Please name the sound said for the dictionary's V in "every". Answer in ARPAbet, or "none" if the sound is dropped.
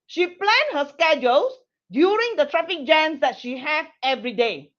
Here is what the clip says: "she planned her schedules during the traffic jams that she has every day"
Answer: V